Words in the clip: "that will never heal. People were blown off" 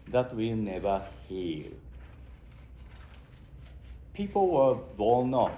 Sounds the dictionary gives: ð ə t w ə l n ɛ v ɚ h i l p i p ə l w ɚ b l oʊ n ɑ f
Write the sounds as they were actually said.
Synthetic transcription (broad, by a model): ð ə t w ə n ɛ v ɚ h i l p i p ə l w ɚ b oʊ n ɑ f